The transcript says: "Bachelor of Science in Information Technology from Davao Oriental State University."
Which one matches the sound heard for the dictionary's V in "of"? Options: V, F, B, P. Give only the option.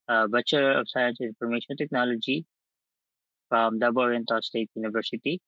P